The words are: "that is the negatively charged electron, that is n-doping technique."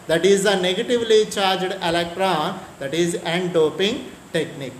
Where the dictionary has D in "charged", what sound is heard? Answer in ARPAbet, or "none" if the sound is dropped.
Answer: D